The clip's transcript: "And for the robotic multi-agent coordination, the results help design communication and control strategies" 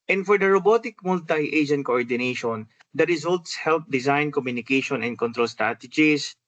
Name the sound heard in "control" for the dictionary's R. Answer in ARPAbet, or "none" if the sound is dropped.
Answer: R